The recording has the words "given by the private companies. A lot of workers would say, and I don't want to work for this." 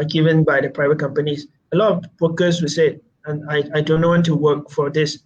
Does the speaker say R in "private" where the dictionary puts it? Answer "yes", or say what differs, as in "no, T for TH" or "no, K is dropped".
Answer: yes